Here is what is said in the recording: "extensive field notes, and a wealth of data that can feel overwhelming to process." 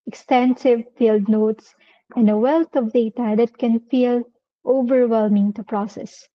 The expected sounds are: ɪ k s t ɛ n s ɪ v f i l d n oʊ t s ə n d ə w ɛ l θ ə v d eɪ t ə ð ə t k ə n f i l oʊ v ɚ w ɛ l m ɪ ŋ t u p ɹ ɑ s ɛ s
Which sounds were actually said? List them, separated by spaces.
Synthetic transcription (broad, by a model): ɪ k s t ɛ n s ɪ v f i l d n oʊ t s ə n d ə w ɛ l t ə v d eɪ t ə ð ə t k ə n f i l oʊ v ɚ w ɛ l m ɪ ŋ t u p ɹ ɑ s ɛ s